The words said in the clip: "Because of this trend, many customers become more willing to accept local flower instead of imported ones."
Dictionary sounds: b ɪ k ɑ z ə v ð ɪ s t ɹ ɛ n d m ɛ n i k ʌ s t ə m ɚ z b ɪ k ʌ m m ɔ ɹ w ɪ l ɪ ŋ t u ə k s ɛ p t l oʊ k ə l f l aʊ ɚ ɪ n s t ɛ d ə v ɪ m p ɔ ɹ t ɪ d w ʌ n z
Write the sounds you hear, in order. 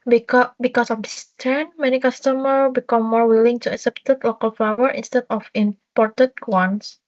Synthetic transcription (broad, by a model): b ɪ k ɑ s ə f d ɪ s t ɛ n m ɛ n i k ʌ s t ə m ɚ b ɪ k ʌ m m ɔ ɹ w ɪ l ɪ ŋ t u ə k s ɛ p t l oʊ k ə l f aʊ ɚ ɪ n s t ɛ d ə f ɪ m p ɔ ɹ t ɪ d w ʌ n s